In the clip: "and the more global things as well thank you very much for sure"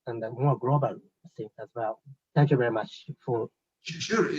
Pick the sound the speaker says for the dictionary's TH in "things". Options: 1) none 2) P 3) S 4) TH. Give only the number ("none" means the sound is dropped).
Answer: 3